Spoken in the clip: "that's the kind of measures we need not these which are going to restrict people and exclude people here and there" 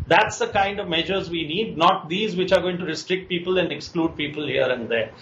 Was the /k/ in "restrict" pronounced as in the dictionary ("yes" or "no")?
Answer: yes